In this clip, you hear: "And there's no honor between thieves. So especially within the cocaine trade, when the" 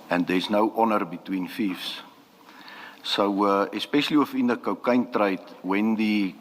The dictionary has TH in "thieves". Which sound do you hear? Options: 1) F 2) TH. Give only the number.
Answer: 1